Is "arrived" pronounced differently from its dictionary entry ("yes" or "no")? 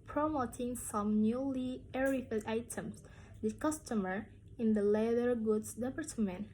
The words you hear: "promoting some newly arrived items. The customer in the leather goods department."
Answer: yes